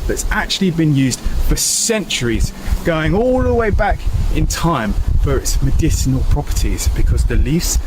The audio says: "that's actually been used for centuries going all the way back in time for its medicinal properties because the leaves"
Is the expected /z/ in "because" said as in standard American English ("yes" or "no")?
yes